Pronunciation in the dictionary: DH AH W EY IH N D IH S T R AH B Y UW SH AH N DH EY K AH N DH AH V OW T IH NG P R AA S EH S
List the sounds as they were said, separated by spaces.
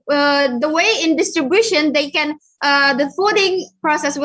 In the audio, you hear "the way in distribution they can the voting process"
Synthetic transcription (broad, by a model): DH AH W EY IH N D IH S T R AH B Y UW SH AH N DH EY K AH N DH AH F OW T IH NG P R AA S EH S